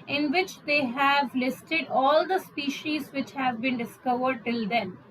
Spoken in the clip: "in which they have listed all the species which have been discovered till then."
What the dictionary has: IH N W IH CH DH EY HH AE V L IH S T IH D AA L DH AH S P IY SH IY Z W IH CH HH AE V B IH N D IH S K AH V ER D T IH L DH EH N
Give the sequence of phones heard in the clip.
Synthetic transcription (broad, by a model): IH N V IH CH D EY HH AE V L IH S T IH D AA L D AH S P IY SH IY Z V IH CH HH AE V B IH N D IH S K AH V ER D T IH L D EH N